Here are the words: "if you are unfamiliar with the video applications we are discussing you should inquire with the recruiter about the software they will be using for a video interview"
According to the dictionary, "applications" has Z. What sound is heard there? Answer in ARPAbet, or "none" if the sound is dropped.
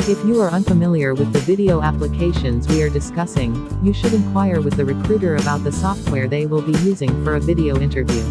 Z